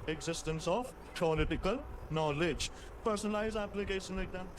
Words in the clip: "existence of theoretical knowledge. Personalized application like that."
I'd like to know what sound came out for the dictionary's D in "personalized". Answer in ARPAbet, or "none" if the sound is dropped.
none